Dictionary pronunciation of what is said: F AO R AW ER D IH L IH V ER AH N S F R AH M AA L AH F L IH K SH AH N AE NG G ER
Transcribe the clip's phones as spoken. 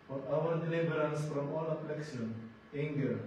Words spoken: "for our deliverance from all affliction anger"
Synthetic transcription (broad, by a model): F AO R AW ER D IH L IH B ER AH N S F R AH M AA L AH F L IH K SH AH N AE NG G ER